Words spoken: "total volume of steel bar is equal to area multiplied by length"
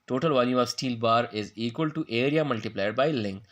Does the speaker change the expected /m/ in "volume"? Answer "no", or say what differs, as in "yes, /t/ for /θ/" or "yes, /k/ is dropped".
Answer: yes, /m/ is dropped